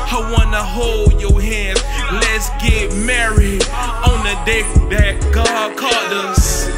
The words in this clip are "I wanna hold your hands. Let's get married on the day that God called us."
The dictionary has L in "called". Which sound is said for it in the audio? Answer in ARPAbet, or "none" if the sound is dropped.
none